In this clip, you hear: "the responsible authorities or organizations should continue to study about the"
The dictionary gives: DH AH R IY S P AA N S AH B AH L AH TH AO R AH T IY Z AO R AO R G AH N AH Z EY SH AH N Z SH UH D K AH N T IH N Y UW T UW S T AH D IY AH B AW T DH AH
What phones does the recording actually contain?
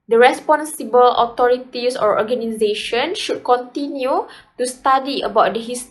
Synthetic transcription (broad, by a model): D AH R IY S P AA N S AH B AH L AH T AO R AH T IY S AO R AO G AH N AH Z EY SH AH N SH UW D K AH N T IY N Y UW T UW S T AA D IY AH B AW T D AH